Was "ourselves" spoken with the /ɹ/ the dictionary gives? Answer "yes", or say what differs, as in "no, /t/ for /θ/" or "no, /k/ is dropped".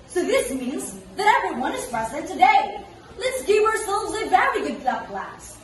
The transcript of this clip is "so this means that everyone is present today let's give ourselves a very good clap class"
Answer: yes